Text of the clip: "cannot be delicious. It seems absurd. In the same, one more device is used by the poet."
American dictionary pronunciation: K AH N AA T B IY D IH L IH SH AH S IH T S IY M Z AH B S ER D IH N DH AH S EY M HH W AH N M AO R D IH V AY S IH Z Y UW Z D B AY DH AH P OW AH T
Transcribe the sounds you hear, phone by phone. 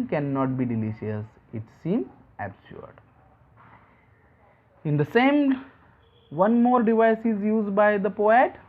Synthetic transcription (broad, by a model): K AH N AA T B IY D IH L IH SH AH S IH T S IY M AH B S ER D IH N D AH S EY M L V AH N M AO R D IH V AY S IH Z Y UW Z D B AY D AH P OW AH T